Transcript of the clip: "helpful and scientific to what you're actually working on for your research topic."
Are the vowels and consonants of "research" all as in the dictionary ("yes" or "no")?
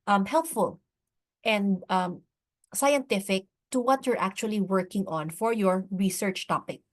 yes